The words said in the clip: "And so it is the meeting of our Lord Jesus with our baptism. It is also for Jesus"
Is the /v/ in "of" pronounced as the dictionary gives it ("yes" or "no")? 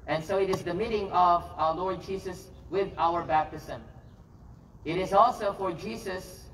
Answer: yes